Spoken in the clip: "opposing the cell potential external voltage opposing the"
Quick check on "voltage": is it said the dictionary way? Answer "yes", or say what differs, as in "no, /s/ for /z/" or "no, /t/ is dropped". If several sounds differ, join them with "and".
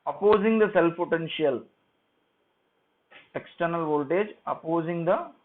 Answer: yes